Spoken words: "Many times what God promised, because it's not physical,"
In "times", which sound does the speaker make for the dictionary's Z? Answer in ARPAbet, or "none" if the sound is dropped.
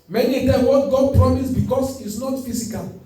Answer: none